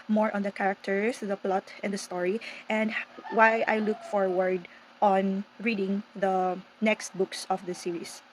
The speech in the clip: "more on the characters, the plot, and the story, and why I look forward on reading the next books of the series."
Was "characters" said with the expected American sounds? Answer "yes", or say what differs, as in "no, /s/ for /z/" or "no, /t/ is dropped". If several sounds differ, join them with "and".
no, /s/ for /z/